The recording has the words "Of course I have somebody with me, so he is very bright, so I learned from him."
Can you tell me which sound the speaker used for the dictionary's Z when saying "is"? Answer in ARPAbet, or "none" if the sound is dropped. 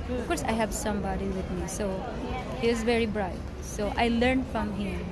Z